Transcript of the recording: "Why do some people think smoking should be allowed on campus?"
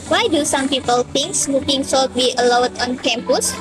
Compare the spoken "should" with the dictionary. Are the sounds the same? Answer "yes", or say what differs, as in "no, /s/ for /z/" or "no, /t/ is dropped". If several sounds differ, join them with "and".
no, /s/ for /ʃ/